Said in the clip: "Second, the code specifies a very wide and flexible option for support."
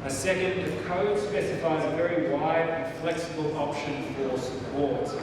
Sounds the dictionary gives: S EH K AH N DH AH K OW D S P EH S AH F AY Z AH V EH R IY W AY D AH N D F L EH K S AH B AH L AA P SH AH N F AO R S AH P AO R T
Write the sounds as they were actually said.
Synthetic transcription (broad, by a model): S EH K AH N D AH K OW D S P EH S AH F AY Z AH V EH R IY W AY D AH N F L EH K S AH B AH L AA P SH AH N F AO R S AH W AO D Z